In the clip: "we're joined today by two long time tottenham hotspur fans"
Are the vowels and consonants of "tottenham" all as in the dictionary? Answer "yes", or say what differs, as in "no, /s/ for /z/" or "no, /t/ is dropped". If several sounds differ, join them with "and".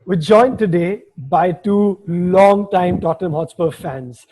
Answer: no, /n/ is dropped